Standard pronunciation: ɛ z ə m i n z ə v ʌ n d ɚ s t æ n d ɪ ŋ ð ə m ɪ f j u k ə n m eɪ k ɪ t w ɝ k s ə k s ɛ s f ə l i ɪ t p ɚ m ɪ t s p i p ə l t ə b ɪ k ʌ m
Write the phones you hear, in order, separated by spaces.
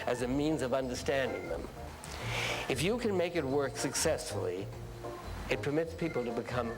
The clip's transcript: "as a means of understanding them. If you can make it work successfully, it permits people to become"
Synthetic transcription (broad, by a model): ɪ z ə m i n z ə v ʌ n d ɚ s t æ n d ɪ ŋ ð ə m ɪ f j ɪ k ə n m eɪ k ɪ t w ɝ k s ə k s ɛ s f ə l i ɪ t p ɚ m ɪ t s p i p l t ə b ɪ k ʌ m